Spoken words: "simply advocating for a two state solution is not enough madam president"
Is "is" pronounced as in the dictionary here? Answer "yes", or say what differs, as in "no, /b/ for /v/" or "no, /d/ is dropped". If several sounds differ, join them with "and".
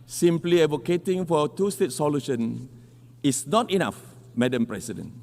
no, /s/ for /z/